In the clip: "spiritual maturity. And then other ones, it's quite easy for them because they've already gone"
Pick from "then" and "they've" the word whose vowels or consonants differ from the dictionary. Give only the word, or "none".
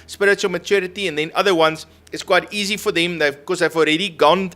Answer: none